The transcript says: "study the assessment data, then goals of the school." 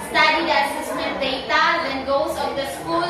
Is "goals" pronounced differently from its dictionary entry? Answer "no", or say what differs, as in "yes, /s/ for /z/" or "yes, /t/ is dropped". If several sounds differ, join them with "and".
yes, /l/ is dropped